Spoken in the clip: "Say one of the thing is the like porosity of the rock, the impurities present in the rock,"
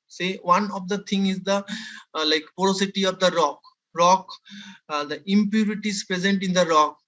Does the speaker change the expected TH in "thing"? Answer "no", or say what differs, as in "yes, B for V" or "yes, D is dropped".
yes, T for TH